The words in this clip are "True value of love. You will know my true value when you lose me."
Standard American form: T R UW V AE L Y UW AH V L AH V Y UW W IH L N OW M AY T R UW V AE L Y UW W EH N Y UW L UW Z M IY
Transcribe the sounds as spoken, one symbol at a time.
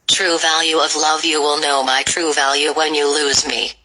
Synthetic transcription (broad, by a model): T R UW V AE L Y UW AH V L AH V Y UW W IH L N OW M AY T R UW V AE L Y UW W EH N Y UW L UW Z M IY